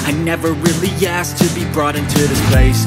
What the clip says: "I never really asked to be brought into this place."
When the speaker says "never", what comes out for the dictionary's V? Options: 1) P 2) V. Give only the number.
2